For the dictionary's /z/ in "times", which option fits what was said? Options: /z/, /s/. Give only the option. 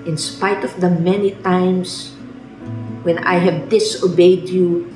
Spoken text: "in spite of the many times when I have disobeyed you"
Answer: /s/